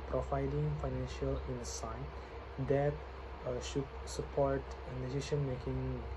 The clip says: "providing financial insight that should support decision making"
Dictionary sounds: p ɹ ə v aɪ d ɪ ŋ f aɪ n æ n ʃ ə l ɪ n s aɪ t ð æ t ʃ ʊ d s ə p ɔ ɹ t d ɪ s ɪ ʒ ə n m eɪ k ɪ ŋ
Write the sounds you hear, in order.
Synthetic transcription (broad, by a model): p ɹ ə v aɪ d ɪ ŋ f aɪ n æ n ʃ ə l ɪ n s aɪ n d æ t ʃ ʊ d s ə p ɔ ɹ t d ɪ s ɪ ʃ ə n m eɪ k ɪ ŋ